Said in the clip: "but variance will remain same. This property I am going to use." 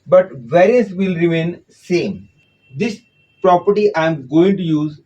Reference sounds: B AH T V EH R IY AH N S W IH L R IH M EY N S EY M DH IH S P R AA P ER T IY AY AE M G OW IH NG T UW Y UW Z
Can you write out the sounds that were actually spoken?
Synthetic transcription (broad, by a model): B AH T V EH R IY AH S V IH L R IH M EY N S EY M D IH S P R AA P ER T IY AY M G OW IH NG T UW Y UW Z